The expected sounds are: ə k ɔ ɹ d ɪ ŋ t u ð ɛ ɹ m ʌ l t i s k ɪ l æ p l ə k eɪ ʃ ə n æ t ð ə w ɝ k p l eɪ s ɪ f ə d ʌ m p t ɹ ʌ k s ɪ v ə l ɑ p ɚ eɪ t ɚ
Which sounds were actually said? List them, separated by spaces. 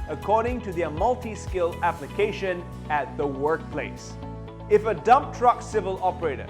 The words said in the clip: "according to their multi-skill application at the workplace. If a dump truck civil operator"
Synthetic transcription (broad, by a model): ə k ɔ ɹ d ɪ ŋ t u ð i m ʌ l t i s k ɪ l æ p l ə k eɪ ʃ ə n æ t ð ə w ɝ k p l eɪ s ɪ f ə d ʌ m p t ɹ ʌ k s ɪ v ə l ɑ p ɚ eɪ t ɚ